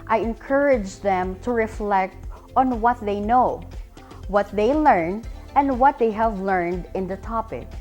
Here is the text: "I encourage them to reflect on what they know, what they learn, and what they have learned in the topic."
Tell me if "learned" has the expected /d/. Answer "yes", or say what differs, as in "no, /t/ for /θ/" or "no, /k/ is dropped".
yes